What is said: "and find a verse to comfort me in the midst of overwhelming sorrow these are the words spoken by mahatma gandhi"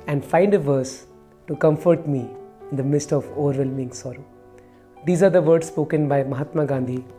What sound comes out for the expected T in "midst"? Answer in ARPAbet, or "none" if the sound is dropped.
T